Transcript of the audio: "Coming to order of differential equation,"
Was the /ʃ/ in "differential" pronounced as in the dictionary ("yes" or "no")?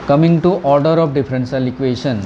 no